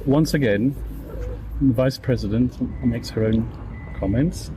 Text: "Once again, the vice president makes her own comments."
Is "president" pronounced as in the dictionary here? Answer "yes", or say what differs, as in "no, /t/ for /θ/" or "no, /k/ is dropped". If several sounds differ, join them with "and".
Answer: yes